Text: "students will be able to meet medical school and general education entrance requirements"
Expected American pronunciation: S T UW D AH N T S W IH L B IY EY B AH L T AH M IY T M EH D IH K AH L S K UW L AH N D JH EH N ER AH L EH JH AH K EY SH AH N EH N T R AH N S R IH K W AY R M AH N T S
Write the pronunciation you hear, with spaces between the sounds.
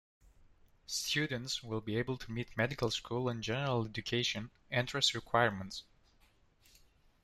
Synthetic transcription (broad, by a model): S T UW D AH N T S W IH L B IY EY B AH L T AH M IY T M EH D IH K AH L S K UW L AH N JH EH N ER AH L EH JH AH K EY SH AH N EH N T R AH S R IH K W AY R M AH N T S